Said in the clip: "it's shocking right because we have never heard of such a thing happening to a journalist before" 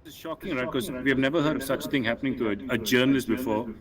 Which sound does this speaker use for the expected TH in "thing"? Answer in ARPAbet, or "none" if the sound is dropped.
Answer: T